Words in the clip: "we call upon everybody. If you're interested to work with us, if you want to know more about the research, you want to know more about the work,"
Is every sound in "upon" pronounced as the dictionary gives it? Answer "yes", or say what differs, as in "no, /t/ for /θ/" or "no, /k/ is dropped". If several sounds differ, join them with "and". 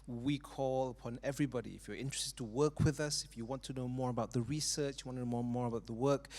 yes